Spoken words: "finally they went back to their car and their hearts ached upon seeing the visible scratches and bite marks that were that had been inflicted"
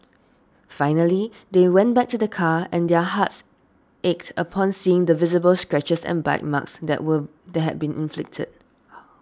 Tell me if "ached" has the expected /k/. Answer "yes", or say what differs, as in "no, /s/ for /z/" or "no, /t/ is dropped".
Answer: yes